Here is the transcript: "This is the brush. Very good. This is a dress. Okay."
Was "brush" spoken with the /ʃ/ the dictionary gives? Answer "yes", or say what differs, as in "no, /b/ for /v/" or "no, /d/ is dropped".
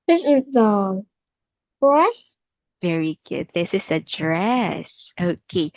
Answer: no, /s/ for /ʃ/